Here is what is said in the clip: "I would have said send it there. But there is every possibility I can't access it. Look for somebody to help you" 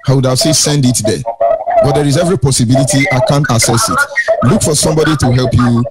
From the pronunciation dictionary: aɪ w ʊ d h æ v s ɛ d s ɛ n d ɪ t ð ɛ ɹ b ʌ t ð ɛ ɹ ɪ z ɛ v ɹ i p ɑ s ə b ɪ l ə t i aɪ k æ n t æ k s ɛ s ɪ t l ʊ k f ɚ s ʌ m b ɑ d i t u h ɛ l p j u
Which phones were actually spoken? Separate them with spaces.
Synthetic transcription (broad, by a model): aɪ w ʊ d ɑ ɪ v s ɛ s ɛ n d ɪ t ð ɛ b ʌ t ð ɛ ɹ ɪ z ɛ v ɹ i p ɑ s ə b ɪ l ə t i aɪ k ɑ n t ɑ s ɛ s ɪ t l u k f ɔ s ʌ m b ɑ d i t u h ɛ l p j u